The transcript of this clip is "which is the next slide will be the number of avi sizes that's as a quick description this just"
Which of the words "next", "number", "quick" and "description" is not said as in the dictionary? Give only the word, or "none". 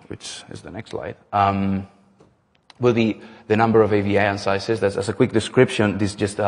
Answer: none